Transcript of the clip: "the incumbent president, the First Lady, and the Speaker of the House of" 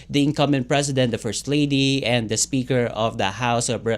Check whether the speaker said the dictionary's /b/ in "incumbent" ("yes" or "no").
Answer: no